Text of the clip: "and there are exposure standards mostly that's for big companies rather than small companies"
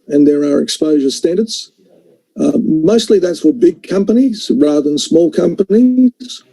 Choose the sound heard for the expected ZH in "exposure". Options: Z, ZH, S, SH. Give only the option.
ZH